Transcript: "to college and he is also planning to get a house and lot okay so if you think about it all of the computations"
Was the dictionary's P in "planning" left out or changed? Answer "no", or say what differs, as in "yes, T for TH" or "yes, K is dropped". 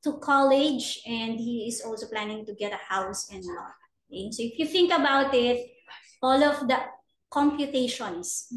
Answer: no